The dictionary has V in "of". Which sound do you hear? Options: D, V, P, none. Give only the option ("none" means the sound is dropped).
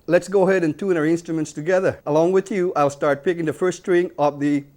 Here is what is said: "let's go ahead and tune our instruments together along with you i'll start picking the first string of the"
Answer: P